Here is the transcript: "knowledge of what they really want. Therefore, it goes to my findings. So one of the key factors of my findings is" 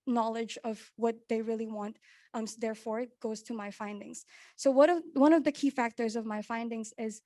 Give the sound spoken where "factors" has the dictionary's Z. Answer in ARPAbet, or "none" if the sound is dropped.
Z